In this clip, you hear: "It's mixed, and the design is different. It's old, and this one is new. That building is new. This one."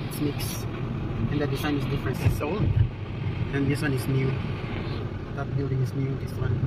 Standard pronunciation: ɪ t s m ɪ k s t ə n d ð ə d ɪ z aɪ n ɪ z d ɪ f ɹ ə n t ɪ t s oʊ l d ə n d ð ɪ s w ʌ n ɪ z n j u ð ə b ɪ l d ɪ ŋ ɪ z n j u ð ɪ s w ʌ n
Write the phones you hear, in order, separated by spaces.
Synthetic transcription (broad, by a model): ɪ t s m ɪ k s ə n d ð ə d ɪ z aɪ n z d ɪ f ɹ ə n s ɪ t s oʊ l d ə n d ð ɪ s w ʌ n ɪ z n j u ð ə b ɪ l d ɪ ŋ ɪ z n j u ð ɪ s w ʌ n